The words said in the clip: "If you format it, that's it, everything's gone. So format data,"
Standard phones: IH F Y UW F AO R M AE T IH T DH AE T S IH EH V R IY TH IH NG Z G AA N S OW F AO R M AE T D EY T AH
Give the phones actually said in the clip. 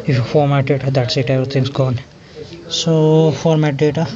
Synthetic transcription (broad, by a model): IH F Y UW F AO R M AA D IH T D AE T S IH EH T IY T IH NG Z G AA N S OW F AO R M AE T D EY T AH